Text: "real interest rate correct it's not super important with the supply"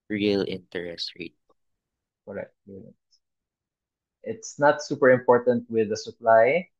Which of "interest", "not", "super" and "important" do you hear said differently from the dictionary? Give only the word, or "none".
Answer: none